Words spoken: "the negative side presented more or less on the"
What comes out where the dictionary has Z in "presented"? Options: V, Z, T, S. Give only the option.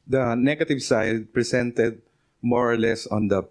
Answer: S